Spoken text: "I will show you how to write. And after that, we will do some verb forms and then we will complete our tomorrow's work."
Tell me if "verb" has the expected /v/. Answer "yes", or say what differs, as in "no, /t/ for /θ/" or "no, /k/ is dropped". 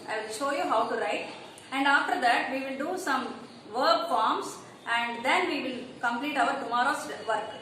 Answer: yes